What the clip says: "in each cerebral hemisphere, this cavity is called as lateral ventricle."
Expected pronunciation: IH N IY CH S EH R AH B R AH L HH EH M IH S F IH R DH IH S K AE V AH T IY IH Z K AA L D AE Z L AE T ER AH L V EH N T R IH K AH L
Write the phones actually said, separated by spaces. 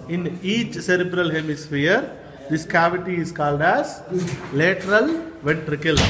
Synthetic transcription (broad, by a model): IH N IY CH S EH R AH B R AH L HH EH M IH S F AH R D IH S K AE V AH T IY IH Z K AA L D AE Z L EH T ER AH L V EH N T R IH K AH L